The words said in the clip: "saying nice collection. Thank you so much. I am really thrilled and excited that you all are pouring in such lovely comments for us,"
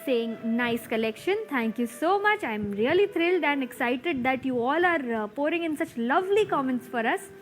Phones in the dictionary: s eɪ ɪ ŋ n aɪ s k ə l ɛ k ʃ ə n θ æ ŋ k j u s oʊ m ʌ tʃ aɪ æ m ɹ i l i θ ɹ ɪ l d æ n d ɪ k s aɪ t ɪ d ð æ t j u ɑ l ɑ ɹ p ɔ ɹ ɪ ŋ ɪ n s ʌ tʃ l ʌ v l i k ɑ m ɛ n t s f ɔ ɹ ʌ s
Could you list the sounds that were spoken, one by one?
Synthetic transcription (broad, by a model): s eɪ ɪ ŋ n aɪ s k ə l ɛ k ʃ ə n t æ ŋ k j u s oʊ m ʌ tʃ aɪ m ɹ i l i t ɹ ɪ l d æ n d ɪ k s aɪ t ɪ d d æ t j u ɑ l ɑ ɹ p ɔ ɹ ɪ ŋ ɪ n s ʌ tʃ l ʌ v l i k ɑ m ɛ n t s f ɔ ɹ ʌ s